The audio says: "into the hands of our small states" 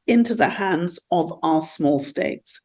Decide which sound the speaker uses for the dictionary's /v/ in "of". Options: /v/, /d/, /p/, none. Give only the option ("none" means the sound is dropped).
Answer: /v/